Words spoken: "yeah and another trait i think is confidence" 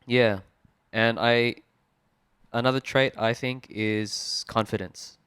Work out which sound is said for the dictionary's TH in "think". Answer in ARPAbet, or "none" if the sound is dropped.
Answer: TH